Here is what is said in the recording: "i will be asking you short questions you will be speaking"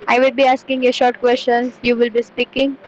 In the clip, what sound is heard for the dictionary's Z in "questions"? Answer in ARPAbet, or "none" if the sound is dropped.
none